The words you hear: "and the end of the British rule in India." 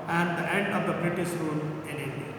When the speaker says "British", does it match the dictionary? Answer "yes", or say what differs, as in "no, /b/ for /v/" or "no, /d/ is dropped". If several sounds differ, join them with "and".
no, /s/ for /ʃ/